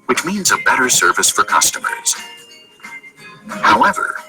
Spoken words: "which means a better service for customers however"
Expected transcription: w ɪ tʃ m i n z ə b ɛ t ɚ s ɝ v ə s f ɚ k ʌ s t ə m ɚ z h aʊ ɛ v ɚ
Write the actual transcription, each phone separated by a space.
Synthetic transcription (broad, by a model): w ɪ tʃ m i n z ə b ɛ t ɚ s ɝ v ə s f ɚ k ʌ s t ə m ɚ z h aʊ ɛ v ɚ